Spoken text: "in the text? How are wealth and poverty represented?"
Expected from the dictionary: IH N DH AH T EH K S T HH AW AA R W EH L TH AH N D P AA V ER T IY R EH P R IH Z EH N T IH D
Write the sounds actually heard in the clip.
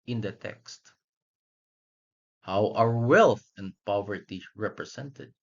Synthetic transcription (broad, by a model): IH N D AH T EH K S T HH AW AA R W EH L TH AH N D P AA V ER T IY R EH P R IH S EH N T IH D